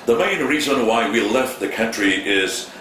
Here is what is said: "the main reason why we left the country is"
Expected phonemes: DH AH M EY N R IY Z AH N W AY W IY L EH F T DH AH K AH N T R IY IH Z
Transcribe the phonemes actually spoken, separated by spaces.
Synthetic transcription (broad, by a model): DH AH M EY N R IY Z AH N W AY W IY L EH F T DH AH K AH N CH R IY IH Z